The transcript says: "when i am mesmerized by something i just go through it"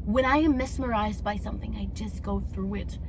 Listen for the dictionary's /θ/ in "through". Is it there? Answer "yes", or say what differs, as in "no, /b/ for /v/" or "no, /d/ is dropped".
yes